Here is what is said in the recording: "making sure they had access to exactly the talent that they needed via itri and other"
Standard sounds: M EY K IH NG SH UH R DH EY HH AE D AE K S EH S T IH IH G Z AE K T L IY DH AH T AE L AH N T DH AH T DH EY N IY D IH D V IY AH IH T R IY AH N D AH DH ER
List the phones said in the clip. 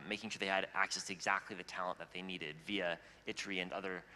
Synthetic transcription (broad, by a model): M EY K IH NG SH UH R DH EY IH D AE K S EH S T IH IH G Z AE K T L IY DH AH T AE L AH N DH AH T DH EY N IY D IH D V IY AH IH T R IY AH N AH DH ER